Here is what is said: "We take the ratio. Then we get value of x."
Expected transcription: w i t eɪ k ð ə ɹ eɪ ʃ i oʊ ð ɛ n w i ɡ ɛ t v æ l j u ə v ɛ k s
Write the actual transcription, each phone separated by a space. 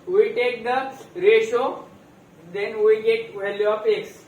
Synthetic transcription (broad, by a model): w i t eɪ k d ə ɹ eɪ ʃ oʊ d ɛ n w i ɡ ɛ t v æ l j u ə p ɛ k s